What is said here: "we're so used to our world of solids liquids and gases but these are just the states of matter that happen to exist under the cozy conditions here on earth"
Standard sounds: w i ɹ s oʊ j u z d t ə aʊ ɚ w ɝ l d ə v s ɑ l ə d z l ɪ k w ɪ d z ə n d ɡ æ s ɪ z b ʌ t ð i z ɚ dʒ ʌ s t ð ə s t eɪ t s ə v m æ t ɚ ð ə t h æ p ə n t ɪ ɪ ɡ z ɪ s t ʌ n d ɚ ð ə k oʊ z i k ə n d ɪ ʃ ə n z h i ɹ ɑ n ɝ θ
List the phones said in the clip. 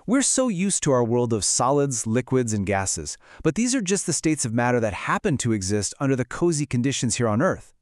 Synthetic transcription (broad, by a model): w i ɹ s oʊ j u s t ə aʊ ɚ w ɝ l d ə v s ɑ l ə d z l ɪ k w ɪ d z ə n ɡ æ s ɪ z b ʌ t ð i z ɚ dʒ ʌ s t ð ə s t eɪ t s ə v m æ t ɚ ð ə t h æ p ə n t ɪ ɪ ɡ z ɪ s t ʌ n d ɚ ð ə k oʊ z i k ə n d ɪ ʃ ə n z h i ɹ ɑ n ɝ θ